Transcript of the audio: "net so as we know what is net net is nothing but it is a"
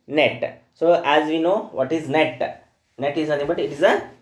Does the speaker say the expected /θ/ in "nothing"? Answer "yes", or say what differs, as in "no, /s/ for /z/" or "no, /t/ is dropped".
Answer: no, /t/ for /θ/